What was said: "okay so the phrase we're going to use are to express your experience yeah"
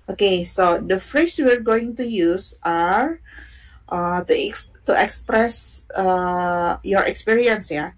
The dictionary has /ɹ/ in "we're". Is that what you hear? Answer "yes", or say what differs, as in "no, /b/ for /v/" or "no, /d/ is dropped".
yes